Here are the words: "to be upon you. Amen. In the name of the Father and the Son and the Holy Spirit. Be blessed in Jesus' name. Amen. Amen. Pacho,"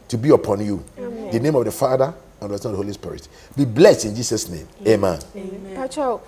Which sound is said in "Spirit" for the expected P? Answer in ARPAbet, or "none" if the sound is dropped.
P